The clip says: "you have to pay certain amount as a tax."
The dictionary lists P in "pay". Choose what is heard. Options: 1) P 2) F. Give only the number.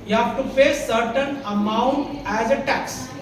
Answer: 2